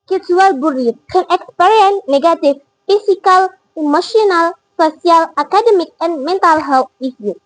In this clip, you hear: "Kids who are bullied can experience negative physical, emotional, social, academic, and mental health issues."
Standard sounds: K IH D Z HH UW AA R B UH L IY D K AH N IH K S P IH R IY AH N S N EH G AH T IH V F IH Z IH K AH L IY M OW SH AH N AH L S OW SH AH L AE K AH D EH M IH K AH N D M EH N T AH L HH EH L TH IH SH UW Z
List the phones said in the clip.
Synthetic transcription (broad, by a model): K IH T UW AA L B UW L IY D K AH N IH K S P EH R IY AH N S N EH G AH T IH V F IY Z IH K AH L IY M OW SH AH N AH L S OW S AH L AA K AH D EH M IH K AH N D M EH N T AH L HH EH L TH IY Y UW